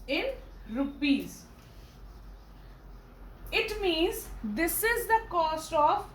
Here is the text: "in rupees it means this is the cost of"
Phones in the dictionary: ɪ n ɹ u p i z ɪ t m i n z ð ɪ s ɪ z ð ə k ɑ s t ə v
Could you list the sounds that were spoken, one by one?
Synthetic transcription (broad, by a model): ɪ n ɹ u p i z ɪ t m i n z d ɪ s ɪ z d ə k ɑ s t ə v